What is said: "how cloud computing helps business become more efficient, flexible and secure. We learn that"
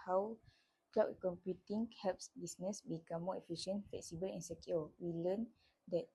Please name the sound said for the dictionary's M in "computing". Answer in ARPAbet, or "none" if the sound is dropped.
M